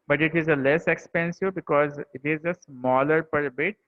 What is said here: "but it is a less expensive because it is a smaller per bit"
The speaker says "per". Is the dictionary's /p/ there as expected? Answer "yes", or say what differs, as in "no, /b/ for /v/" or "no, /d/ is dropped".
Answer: yes